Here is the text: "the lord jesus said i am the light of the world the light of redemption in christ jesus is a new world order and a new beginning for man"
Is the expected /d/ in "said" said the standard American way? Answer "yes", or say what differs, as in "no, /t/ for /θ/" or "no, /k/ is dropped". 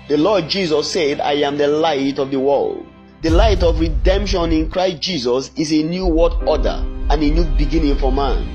yes